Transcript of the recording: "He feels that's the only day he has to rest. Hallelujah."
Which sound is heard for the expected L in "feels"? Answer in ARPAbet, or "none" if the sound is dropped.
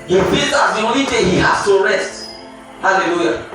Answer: none